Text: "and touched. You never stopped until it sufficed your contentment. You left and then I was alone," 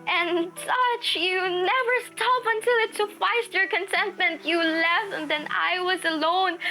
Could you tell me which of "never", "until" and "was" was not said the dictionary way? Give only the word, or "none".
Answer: none